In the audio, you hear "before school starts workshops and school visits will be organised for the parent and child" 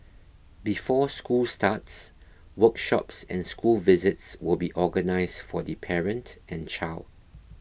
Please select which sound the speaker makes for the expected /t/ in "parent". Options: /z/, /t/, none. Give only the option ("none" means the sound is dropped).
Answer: /t/